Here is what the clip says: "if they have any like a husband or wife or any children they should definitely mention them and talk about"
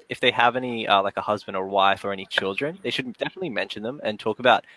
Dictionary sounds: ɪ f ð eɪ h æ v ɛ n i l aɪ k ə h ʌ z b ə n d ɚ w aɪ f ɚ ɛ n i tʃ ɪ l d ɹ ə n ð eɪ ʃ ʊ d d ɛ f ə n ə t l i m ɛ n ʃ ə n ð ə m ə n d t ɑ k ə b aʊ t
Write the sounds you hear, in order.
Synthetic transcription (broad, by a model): ɪ f ð eɪ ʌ v ɛ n i l aɪ k ə h ʌ z b ə n d ɚ w aɪ f ɚ ɛ n i tʃ ɪ l d ɹ ə n ð eɪ ʃ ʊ d d ɛ f ə n ə t l i m ɛ n ʃ ə n ð ə m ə n t ɑ k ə b aʊ t